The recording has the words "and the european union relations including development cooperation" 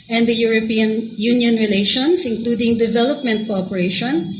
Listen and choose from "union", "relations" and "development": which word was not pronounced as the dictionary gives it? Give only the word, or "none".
relations